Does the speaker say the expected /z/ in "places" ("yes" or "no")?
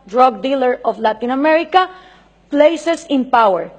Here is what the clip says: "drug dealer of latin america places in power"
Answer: no